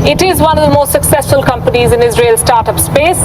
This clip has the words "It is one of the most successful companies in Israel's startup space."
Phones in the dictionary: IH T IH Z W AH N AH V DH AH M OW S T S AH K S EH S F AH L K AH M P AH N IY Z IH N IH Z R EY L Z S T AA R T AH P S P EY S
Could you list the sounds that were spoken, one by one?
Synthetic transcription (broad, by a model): IH T IH Z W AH N AH V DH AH M OW S T S AH K S EH S F AH L K AH M P AH N IY Z IH N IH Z R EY L S T AA R T AH P S P EY S